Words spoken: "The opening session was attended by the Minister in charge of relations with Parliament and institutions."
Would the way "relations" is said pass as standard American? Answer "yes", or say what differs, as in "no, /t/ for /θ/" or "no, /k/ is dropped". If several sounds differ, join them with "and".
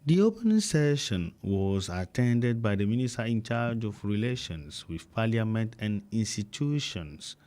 no, /s/ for /z/